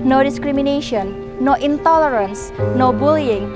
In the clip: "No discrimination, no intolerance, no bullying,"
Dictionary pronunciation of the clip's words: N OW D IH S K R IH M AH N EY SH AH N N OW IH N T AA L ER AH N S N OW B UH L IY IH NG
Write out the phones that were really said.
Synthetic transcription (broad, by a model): N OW D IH S K R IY M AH N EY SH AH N N OW IH N T AA L ER AH N S N OW B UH L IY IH NG